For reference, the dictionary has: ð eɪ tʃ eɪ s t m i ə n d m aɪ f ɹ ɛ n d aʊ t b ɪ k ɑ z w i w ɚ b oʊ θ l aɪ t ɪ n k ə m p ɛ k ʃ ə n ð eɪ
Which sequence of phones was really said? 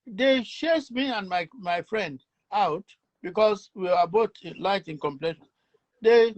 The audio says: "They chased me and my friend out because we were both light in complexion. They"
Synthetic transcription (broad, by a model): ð eɪ ʃ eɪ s m i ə n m m aɪ f ɹ ɛ n d aʊ t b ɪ k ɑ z w i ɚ b oʊ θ l aɪ t ɪ n k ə m p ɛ ʃ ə n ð eɪ